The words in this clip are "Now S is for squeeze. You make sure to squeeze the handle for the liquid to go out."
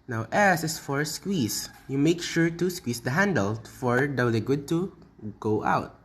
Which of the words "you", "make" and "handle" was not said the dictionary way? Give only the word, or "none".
none